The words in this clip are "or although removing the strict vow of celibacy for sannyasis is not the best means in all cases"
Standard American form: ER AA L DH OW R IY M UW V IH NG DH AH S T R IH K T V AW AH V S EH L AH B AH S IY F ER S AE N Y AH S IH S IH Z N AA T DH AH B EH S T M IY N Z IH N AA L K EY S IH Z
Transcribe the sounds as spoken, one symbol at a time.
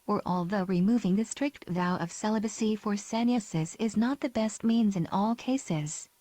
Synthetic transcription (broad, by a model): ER AA L DH OW R IY M UW V IH NG DH AH S T R IH K T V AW AH V S EH L AH B AH S IY F ER S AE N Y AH S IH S IH Z N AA T DH AH B EH S T M IY N Z IH N AA L K EY S IH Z